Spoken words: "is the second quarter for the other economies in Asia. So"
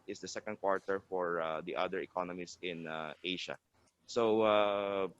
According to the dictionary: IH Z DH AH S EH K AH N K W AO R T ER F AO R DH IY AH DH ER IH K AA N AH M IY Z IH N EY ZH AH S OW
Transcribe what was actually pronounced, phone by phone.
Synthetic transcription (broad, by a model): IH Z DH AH S EH K AH N K W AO R T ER F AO R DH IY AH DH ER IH K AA N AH M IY S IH N EY SH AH S OW